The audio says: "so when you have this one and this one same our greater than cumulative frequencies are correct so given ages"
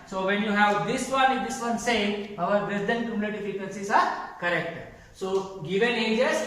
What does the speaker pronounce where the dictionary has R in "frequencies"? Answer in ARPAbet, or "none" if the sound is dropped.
none